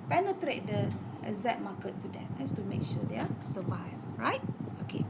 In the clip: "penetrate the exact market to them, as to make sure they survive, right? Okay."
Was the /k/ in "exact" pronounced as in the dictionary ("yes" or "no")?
no